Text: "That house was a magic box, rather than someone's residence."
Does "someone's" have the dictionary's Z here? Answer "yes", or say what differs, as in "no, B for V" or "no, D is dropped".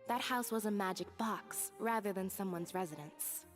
yes